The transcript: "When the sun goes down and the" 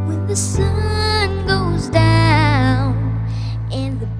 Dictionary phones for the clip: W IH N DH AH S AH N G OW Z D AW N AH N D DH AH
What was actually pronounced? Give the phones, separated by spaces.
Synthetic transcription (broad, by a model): W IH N DH AH S AH N G OW Z D AW N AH N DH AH